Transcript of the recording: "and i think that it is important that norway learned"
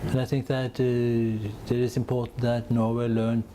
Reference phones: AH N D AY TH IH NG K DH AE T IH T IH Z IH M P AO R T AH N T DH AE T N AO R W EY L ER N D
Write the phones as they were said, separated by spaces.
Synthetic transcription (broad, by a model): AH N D AY TH IH NG K DH AE T IH T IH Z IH M P AO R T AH N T DH AE T N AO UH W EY L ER N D